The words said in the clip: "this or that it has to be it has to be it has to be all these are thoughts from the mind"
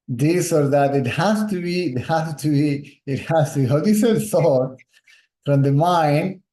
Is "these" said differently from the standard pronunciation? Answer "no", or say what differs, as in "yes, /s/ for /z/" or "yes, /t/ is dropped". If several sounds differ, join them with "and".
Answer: yes, /s/ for /z/